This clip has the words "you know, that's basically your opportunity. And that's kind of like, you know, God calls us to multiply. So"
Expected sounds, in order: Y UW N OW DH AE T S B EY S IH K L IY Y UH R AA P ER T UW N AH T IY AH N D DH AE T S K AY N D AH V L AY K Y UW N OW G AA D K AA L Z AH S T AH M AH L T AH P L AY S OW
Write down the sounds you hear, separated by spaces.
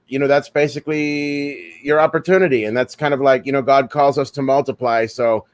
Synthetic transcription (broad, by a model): Y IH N OW DH AE T S B EY S IH K L IY Y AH R AA P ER T UW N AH T IY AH N DH AE T S K AY N D AH V L AY K Y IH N OW G AA D K AA L Z AH S T AH M AH L T AH P L AY S OW